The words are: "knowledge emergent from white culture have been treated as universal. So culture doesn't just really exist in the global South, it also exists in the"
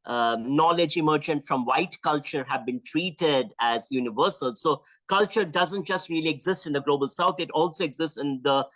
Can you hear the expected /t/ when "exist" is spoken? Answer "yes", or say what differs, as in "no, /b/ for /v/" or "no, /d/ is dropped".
yes